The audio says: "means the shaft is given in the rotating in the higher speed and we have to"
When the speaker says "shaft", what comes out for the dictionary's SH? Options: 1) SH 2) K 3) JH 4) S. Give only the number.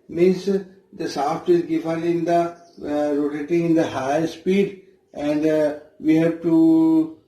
4